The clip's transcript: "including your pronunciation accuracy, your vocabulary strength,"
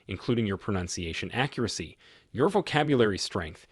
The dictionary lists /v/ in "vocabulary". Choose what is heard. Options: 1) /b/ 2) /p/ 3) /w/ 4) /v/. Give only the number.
4